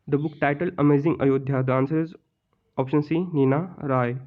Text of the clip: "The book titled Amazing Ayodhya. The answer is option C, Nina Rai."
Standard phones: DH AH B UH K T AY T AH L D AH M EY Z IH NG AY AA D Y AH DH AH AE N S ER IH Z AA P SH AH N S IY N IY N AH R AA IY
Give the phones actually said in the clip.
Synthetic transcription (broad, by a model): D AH B UH K T AY T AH L AH M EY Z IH NG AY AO D Y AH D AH N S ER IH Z AA P SH AH N S IY N IY N AH R AA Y